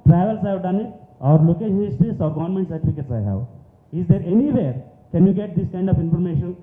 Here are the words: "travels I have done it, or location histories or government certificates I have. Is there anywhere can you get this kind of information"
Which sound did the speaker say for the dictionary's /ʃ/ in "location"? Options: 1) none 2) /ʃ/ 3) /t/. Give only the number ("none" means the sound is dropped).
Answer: 1